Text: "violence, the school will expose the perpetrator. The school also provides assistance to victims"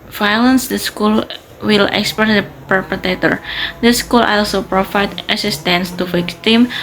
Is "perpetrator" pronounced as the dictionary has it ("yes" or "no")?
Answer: no